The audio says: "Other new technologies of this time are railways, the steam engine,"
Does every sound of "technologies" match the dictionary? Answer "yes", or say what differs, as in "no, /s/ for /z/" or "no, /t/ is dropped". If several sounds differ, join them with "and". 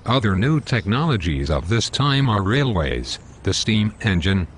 yes